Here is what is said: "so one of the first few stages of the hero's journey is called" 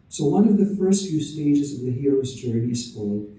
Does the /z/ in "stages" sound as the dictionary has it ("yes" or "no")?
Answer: yes